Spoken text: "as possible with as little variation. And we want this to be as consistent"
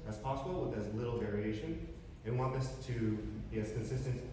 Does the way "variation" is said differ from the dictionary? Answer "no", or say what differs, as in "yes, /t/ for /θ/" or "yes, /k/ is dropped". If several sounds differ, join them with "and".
no